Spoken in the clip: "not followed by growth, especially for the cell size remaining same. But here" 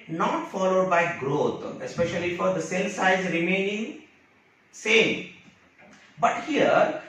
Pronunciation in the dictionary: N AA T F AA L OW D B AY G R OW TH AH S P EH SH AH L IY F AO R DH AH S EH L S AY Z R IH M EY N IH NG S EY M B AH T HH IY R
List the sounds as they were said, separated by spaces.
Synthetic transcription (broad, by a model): N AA T F AA L OW D B AY G R OW T AH S P EH SH AH L IY F AO R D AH S EH L S AY Z R IH M EY N IH NG S EY M B AH T HH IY R